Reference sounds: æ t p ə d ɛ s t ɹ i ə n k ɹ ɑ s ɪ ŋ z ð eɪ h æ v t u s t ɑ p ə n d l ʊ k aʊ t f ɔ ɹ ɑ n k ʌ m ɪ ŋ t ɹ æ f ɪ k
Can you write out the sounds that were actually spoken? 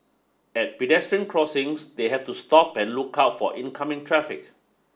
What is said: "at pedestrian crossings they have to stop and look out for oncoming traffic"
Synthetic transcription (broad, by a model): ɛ t p ə d ɛ s t ɹ i ə n k ɹ ɑ s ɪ ŋ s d eɪ h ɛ f t u s t ɑ p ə n l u k aʊ t f ɔ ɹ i n k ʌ m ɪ ŋ t ɹ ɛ f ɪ k